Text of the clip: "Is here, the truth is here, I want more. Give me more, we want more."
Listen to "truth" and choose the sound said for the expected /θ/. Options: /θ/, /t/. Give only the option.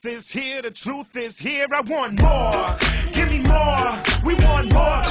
/θ/